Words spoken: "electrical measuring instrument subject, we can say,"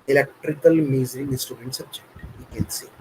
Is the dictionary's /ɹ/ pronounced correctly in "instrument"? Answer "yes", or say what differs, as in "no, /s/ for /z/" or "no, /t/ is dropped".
no, /ɹ/ is dropped